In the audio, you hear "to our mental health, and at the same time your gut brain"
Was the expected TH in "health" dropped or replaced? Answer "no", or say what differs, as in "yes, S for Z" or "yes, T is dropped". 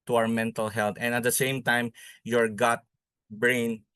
yes, T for TH